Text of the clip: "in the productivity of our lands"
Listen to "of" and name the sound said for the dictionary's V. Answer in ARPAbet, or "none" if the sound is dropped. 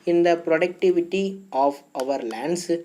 V